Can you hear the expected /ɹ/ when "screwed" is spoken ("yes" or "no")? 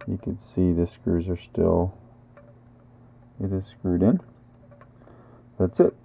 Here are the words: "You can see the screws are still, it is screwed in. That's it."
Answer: yes